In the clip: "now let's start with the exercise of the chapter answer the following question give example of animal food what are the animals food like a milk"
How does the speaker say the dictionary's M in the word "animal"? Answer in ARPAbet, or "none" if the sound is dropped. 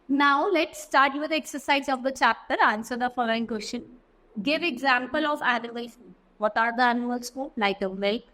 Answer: none